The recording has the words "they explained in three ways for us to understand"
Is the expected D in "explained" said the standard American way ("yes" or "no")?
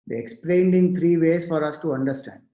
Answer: yes